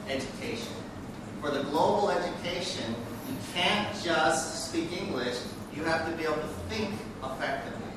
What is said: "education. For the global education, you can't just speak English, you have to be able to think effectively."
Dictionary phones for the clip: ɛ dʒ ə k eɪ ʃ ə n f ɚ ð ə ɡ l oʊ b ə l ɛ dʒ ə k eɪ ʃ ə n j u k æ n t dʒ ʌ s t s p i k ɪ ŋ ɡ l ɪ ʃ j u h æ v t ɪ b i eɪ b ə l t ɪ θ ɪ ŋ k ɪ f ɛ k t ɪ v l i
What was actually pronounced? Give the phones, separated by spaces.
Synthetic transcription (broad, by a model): ɛ dʒ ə k eɪ ʃ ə n f ɚ ð ə ɡ l oʊ b l ɛ dʒ ə k eɪ ʃ ə n j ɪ k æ n dʒ ʌ s t s p i k ɪ ŋ ɡ l ɪ ʃ j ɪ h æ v t ɪ b i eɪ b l t ɪ θ ɪ ŋ k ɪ f ɛ k t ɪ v l i